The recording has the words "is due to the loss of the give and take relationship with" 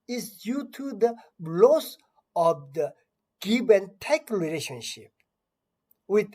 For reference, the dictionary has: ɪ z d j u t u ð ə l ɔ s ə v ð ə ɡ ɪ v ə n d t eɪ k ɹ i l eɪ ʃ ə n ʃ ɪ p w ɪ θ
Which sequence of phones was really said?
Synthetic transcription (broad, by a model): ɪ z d j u t u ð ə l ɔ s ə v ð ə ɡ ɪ b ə n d t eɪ k ɹ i l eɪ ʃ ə n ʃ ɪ p w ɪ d